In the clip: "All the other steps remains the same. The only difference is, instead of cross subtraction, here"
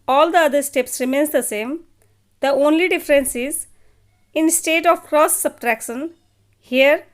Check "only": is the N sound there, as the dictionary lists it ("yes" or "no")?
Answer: yes